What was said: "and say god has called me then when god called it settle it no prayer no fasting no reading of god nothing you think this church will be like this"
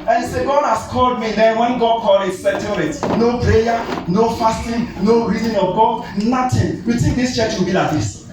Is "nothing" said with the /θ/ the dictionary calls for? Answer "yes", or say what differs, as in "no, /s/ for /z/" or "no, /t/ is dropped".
no, /t/ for /θ/